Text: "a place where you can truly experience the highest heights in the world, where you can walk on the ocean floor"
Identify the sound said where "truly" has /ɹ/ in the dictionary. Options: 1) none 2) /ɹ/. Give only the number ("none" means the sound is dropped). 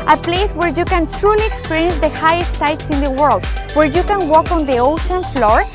2